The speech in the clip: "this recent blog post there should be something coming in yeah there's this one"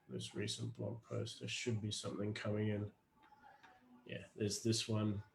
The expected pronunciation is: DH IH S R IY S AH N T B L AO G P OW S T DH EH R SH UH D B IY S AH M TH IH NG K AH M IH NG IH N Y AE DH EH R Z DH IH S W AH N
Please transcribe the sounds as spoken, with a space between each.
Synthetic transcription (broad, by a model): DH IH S R IY S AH N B L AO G P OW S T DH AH SH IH D B IY S AH M TH IH NG K AH M IH NG IH N Y AE DH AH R Z DH IH S W AH N